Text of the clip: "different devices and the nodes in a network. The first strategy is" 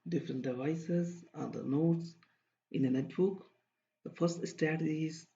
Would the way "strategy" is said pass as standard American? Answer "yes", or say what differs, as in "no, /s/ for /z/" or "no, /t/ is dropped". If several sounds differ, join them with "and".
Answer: no, /ɹ/ is dropped